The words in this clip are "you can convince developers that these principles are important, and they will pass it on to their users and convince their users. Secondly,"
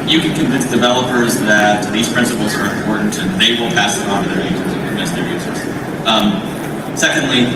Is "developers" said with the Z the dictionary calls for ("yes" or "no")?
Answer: yes